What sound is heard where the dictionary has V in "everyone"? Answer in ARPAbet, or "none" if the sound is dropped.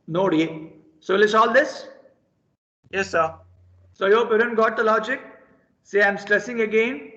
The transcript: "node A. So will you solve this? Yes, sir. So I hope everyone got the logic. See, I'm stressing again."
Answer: none